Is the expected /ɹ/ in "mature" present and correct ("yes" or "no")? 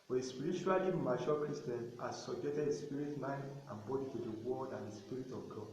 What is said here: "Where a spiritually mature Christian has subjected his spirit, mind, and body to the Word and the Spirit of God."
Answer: no